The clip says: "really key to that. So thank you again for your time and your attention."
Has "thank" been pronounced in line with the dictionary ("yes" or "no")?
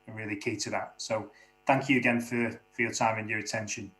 yes